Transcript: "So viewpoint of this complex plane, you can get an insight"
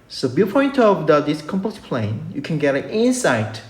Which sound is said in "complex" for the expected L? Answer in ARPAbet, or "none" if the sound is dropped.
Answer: none